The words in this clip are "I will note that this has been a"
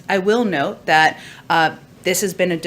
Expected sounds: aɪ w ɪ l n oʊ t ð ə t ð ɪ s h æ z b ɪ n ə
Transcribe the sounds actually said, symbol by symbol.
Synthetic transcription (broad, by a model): aɪ w ɪ l n oʊ t ð ə t ð ɪ s h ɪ z b ɪ n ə